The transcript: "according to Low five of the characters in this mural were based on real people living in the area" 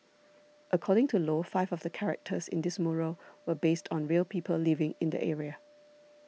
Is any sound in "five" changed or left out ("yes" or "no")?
no